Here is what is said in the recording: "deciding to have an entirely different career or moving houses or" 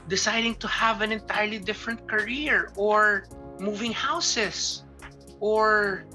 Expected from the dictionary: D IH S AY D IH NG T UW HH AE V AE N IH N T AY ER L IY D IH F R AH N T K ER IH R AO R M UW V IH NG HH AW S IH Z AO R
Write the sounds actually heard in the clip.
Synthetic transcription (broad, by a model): D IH S AY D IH NG T UW HH AE V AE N IH N T AY ER L IY D IH F R AH N T K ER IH R AO R M UW V IH NG HH AW S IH S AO R